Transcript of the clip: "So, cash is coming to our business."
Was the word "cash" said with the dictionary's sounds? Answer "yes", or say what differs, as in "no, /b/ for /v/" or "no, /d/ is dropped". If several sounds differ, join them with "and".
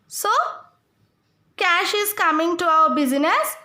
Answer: yes